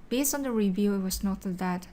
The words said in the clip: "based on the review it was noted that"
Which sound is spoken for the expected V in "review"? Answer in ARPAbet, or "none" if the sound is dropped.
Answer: V